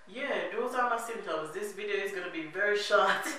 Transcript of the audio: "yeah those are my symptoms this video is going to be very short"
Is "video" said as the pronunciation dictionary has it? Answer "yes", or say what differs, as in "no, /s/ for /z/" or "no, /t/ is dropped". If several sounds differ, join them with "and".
yes